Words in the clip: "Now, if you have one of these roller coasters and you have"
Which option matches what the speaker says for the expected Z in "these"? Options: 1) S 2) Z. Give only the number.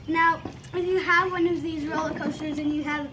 2